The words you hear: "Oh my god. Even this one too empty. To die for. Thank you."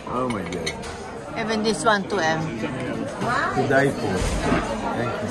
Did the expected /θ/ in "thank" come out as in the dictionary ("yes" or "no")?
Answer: no